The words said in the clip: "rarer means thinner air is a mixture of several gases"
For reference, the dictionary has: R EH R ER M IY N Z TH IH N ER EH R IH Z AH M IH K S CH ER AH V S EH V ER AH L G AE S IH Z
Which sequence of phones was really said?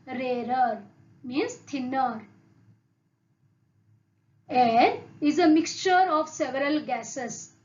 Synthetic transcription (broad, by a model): R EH R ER M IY N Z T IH N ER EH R IH Z AH M IH K S CH ER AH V S EH V ER AH L G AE S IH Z